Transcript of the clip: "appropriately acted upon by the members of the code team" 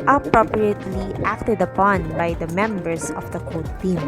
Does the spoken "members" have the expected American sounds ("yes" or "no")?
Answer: no